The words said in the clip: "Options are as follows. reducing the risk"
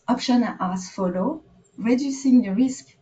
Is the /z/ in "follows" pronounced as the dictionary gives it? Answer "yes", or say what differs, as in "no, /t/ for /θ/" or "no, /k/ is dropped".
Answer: no, /z/ is dropped